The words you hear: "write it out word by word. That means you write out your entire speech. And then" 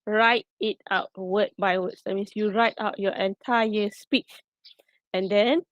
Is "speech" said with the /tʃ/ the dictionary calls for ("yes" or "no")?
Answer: yes